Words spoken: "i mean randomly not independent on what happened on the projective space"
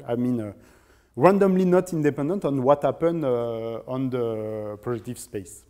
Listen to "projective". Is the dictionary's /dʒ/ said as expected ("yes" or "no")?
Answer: no